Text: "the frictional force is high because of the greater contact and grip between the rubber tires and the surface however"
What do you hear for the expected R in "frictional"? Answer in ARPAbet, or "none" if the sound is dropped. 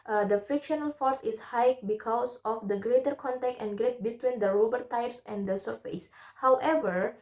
none